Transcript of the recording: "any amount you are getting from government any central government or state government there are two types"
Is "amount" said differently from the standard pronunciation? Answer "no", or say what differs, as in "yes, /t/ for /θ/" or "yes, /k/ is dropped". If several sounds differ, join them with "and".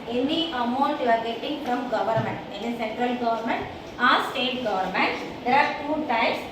yes, /n/ is dropped